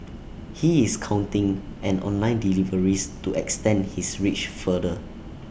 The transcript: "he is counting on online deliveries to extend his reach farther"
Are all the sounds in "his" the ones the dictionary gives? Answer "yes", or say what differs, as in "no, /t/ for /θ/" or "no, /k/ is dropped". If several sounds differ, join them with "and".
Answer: no, /s/ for /z/